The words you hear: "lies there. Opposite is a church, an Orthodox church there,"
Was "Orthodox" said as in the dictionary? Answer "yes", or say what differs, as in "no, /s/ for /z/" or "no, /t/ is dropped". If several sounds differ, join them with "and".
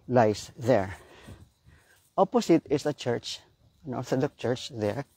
no, /s/ is dropped